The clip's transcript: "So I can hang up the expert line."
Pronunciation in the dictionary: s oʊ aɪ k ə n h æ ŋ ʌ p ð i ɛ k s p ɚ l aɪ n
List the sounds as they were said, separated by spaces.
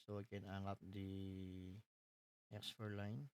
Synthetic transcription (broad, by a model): s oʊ aɪ k ə n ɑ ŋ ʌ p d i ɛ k s f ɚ l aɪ n